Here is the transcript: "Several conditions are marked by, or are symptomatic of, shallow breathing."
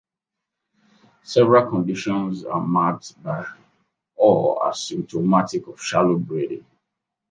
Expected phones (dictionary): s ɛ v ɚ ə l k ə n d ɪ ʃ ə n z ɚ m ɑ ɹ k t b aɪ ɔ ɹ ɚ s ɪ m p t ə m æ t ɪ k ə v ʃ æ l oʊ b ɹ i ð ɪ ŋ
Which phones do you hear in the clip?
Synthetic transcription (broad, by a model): s ɛ v ɚ ə l k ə n d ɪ ʃ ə n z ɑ m ɑ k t b aɪ ɔ l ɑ s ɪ m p t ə m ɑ t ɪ k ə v ʃ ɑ l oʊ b ɹ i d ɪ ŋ